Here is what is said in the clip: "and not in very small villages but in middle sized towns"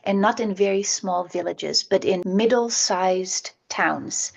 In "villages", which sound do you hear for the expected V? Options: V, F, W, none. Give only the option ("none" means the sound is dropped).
V